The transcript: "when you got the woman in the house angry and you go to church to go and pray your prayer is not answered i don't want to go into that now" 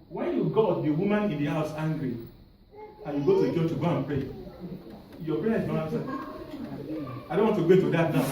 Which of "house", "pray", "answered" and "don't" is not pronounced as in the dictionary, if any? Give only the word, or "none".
answered